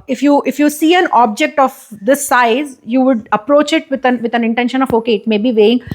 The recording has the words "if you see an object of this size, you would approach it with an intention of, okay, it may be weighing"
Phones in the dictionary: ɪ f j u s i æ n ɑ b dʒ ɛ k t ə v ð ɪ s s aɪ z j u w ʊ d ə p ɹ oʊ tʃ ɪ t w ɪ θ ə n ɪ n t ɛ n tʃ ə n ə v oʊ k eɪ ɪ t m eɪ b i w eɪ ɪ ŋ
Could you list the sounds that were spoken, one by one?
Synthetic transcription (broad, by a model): ɪ f j u s i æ n ɑ b dʒ ɛ k t ə v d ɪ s s aɪ z j u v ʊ d ə p ɹ oʊ tʃ ɪ t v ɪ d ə n ɪ n t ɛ n ʃ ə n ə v oʊ k eɪ ɪ t m eɪ b i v eɪ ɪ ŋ